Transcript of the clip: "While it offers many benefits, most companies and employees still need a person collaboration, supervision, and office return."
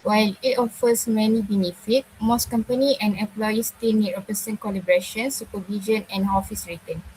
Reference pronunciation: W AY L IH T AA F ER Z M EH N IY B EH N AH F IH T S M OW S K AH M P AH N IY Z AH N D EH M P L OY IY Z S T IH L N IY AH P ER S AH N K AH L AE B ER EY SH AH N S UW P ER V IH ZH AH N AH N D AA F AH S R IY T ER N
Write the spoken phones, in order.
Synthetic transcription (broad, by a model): W AY L IH T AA F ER S M EH N IY B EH N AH F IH T M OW S K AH M P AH N IY AH N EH M P L OY IY S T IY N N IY AH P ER S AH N K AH L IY B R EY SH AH N S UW P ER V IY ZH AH N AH N AA F AH S R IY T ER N